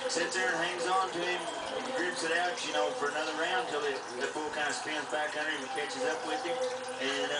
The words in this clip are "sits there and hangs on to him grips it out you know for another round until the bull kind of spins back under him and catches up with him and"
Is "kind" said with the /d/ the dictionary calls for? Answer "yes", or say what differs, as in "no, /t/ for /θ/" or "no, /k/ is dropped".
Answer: no, /d/ is dropped